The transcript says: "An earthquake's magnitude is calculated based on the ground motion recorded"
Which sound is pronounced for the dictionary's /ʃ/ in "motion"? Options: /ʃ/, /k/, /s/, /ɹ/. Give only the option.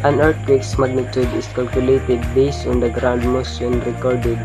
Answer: /s/